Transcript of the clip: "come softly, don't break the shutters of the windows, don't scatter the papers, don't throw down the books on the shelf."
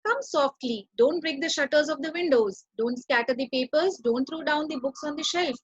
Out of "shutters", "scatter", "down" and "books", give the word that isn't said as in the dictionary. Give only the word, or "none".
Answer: none